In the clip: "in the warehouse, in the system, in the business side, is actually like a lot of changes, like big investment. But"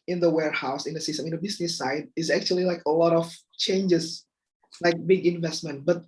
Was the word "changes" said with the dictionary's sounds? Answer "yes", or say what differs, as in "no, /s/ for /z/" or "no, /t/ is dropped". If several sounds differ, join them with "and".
no, /s/ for /z/